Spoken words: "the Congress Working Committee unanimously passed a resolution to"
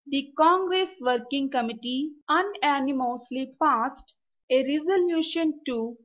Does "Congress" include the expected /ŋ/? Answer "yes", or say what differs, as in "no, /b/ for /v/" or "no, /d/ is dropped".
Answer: yes